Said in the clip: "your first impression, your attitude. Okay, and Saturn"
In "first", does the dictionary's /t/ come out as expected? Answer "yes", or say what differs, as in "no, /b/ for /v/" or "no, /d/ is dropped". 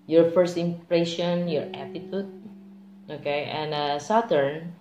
yes